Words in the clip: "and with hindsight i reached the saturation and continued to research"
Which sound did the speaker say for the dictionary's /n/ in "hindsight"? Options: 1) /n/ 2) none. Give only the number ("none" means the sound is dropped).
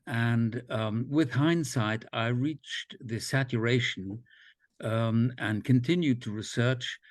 1